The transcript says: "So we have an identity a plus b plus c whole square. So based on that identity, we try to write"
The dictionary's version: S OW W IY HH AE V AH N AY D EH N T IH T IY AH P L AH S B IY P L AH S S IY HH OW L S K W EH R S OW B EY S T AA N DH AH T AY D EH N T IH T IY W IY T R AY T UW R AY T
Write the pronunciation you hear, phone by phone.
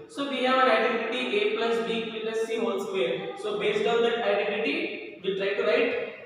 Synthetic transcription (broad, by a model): S OW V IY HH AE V AH N AY D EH N T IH T IY AH P L AH S B IY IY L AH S S IY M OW N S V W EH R S OW B EY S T AA N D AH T AY D EH N T IH T IY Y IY T R AY T UW R AY T